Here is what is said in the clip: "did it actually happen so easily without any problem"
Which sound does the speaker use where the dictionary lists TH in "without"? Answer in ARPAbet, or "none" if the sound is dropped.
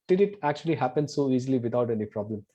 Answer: T